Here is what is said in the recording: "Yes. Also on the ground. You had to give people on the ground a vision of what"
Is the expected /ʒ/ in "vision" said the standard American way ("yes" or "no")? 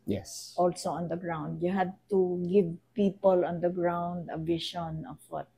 no